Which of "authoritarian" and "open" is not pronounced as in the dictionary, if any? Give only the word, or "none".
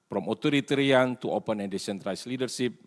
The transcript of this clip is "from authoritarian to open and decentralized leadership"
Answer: authoritarian